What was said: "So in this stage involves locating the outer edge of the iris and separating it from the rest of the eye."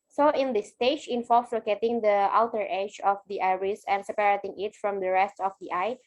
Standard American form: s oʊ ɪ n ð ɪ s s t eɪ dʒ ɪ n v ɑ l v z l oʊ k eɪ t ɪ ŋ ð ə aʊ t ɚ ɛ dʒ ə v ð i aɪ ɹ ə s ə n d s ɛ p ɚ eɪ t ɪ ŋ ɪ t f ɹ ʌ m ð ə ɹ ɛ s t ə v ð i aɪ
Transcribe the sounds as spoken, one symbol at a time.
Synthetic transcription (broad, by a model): s oʊ ɪ n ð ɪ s s t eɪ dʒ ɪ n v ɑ l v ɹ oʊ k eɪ t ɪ ŋ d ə aʊ t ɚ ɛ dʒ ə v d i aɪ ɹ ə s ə n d s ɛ p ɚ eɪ t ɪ ŋ ɪ t f ɹ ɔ m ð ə ɹ ɛ s t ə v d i aɪ